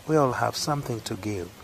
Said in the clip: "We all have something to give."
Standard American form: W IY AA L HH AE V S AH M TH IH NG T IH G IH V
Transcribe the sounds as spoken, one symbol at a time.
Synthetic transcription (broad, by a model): W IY AA L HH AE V S AH M TH IH NG T IH G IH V